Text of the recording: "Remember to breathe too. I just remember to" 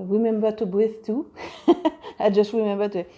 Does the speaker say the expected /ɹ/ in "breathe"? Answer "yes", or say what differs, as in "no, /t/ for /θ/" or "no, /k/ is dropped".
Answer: no, /ɹ/ is dropped